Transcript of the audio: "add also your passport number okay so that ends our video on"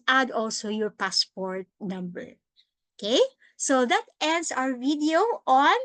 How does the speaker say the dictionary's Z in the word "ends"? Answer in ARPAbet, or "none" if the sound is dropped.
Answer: S